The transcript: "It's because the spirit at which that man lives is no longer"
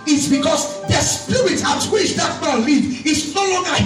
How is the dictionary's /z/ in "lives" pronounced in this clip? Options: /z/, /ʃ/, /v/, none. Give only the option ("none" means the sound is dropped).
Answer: none